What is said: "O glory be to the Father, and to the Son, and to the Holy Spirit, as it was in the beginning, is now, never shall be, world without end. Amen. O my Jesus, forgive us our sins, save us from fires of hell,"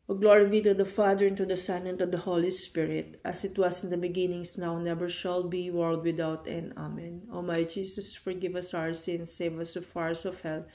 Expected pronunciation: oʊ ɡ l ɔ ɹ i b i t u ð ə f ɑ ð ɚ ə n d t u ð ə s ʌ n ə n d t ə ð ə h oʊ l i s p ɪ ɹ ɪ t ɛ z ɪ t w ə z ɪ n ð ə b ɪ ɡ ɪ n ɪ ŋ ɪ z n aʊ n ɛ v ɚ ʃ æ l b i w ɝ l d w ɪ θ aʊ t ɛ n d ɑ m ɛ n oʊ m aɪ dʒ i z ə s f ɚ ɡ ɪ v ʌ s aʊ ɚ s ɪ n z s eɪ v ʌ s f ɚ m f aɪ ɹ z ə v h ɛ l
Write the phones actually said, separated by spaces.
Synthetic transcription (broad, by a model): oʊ ɡ l ɔ ɹ i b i t u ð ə f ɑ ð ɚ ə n t u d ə s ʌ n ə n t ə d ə h oʊ l i s p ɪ ɹ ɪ t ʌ s ɪ t w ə s ɪ n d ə b ɪ ɡ ɪ n ɪ ŋ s n aʊ n ɛ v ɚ ʃ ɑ l b i w ɝ l d w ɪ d aʊ t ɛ n ɑ m ɛ n oʊ m aɪ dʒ i s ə s f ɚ ɡ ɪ v ʌ s aʊ ɚ s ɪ n s eɪ v ʌ s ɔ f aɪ ɹ s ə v h ɛ l